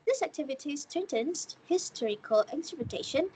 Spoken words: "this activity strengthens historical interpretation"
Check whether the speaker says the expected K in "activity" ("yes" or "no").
yes